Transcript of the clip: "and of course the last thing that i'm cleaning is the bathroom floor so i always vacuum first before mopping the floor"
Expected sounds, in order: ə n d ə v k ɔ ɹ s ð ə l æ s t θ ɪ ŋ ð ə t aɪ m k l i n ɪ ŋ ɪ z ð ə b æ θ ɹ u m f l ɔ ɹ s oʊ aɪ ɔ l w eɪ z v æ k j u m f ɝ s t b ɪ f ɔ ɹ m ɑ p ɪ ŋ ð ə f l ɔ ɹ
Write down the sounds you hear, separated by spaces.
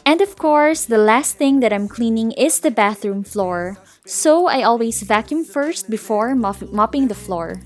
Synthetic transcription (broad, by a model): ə n d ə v k ɔ ɹ s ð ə l æ s t θ ɪ ŋ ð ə t aɪ m k l i n ɪ ŋ ɪ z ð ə b æ θ ɹ u m f l ɔ ɹ s oʊ aɪ ɔ l w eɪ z v æ k j u m f ɝ s t b ɪ f ɔ ɹ m ɑ p ɪ ŋ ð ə f l ɔ ɹ